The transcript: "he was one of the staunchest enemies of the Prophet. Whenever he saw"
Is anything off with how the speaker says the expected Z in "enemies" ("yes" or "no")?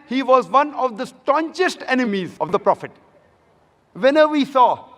no